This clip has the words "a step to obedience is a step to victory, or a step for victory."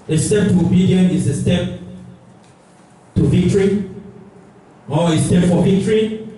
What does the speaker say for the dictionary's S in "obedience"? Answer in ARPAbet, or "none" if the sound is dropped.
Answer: none